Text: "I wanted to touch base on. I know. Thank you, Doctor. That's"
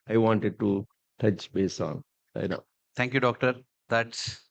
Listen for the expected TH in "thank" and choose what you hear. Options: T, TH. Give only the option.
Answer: T